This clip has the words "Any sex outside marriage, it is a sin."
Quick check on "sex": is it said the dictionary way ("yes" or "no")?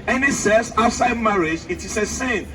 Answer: no